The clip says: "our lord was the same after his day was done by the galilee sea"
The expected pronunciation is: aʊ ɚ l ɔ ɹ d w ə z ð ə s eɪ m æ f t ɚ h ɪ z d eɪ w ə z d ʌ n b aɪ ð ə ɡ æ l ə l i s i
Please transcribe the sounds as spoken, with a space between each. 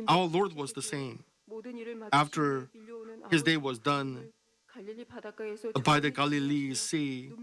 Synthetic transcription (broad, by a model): aʊ ɚ l ɔ ɹ d w ə z ð ə s eɪ m æ f t ɚ h ɪ z d eɪ w ə z d ʌ n b aɪ ð ə ɡ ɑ l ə l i s i